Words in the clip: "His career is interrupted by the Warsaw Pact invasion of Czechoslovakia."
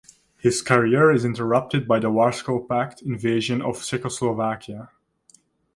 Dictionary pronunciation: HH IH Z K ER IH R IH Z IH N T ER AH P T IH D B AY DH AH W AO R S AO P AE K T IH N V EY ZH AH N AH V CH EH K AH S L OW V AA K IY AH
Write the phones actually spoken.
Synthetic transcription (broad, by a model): HH IH Z K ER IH R IH Z IH N T ER AH P T IH D B AY DH AH W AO R S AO P AE K T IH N V EY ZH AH N AH V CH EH K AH S L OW V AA K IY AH